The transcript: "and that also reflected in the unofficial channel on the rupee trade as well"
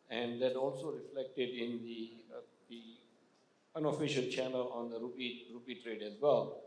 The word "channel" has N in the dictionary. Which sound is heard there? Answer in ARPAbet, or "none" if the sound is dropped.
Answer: N